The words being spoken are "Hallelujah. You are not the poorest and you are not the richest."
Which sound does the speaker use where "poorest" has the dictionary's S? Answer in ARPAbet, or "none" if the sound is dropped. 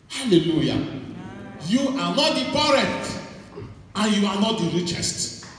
none